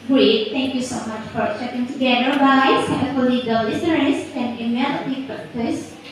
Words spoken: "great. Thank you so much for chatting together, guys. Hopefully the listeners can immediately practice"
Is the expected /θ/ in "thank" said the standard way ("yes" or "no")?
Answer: no